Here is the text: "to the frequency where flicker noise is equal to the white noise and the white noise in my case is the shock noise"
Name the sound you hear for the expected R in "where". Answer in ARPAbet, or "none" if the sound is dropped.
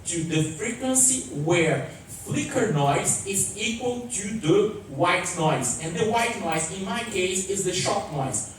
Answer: R